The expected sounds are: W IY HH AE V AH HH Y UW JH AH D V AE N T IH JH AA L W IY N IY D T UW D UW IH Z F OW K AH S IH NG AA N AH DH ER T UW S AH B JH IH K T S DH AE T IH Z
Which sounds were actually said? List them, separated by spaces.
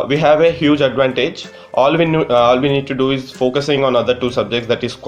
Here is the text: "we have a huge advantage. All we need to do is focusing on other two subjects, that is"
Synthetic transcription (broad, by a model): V IY HH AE V AH HH Y UW JH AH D V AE N T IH JH AA L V IY N IY D T UW D UW IH Z F OW K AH S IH NG AA N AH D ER T UW S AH B JH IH K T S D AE T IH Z